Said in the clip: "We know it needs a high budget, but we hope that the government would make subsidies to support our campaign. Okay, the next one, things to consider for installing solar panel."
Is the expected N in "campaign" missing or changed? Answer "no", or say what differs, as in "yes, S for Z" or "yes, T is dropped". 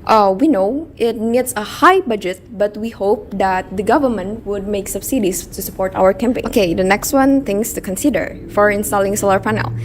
yes, N is dropped